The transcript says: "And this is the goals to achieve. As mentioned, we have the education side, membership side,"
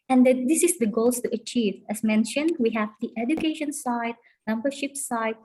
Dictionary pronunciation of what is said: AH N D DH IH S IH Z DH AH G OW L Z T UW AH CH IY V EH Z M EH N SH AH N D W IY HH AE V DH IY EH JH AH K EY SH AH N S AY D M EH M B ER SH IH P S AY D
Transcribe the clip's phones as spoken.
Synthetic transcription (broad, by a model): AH N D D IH S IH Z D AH G OW L S T UW AH CH IY V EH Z M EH N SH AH N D W IY HH AE V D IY EH JH AH K EY SH AH N S AY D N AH M B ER SH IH P S AY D